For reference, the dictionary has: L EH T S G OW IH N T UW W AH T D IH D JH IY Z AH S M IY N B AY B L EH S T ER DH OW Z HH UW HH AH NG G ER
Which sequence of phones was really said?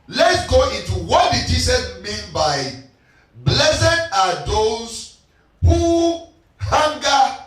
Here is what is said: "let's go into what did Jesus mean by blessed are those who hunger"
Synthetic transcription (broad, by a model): L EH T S G OW IH N T UW W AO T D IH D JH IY S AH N M IY N B AY B L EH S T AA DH OW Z HH UW HH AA NG G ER